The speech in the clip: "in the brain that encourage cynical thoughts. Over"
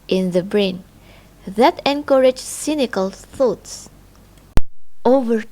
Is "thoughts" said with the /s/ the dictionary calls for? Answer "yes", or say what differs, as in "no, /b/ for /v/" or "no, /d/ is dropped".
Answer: yes